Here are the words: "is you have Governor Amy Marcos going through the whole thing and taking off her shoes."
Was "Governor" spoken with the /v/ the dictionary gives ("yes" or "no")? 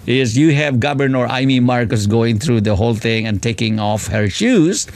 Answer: no